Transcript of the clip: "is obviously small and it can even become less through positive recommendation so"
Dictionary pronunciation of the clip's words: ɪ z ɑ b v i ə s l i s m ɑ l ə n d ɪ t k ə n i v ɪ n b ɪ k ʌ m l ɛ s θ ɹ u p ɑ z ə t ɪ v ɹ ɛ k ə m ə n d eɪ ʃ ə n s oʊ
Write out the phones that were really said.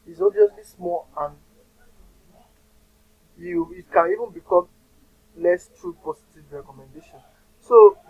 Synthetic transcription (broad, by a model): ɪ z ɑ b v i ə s l i s m ɑ l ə n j ɪ t k ə n i v ɪ n b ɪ k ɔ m l ɛ s t ɹ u p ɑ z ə t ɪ v ɹ ɛ k ə m ə n d eɪ ʃ ə n s oʊ